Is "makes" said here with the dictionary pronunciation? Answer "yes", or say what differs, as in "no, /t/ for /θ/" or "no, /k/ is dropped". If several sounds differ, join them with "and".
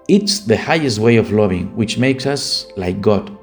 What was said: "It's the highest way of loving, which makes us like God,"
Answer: yes